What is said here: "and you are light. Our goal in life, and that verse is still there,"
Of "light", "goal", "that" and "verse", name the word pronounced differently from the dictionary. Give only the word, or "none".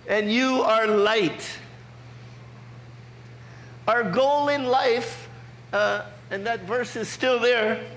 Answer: none